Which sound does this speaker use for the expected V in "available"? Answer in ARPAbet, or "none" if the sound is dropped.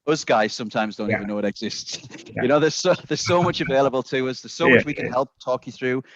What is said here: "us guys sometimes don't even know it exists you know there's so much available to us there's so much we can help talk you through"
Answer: V